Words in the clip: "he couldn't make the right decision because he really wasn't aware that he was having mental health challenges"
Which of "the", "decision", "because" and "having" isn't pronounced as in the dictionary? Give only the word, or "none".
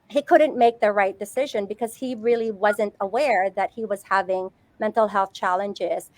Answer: none